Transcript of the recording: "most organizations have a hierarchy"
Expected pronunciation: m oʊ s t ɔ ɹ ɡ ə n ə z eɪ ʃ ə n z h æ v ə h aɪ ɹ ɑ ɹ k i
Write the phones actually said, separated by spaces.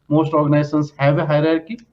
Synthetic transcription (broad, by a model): m oʊ s t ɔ ɹ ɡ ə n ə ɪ s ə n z h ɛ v ə h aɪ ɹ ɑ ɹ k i